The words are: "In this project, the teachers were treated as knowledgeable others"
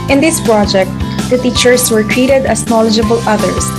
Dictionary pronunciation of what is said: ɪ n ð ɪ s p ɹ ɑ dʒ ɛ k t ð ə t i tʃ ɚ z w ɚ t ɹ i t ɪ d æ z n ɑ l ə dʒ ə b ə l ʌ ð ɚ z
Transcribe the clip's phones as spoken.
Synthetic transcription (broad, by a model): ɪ n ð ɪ s p ɹ ɑ dʒ ɛ k t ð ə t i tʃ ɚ s w ɚ t ɹ i t ɪ d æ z n ɑ l ə dʒ ə b ə l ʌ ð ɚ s